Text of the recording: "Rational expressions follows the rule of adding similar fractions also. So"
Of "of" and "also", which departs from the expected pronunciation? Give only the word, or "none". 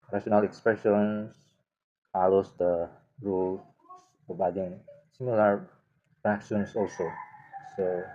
of